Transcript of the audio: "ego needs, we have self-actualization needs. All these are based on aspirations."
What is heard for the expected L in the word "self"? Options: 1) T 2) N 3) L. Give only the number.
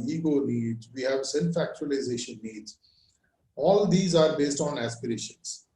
2